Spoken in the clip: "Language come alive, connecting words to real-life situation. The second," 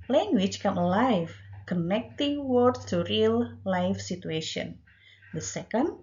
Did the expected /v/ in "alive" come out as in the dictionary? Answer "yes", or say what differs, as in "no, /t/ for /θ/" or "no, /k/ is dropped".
no, /f/ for /v/